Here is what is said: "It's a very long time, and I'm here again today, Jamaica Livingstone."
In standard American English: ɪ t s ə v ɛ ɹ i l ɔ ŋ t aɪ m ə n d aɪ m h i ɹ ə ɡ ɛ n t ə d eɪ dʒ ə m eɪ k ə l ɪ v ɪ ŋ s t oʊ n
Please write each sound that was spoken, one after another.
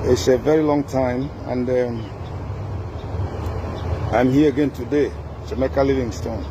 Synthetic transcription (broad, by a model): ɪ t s ə v ɛ ɹ i l ɔ ŋ t aɪ m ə n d aɪ m h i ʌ ə ɡ ɛ n t ə d eɪ ʃ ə m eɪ k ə l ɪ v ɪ ŋ s t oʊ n